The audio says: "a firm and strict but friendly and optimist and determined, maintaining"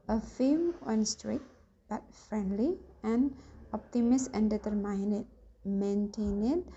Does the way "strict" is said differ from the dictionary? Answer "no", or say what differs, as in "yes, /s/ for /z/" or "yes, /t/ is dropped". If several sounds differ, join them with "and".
yes, /k/ is dropped